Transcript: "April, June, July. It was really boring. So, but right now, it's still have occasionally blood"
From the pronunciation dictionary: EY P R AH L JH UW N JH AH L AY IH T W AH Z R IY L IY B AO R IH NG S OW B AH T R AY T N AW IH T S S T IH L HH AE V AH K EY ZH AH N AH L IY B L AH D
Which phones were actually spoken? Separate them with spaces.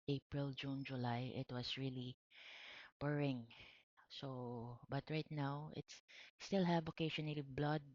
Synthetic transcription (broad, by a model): EY P R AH L JH UW N JH AH L AY IH T W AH S R IY L IY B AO R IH NG S OW B AH T R AY T N AW IH T S S T IH L HH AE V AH K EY SH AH N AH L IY B L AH D